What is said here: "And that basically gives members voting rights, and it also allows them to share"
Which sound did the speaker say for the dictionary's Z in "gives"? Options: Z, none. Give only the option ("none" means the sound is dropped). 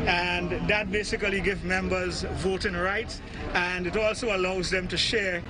none